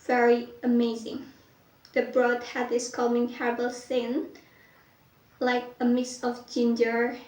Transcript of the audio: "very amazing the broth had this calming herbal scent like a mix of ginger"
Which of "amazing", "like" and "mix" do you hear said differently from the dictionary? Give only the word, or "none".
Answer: mix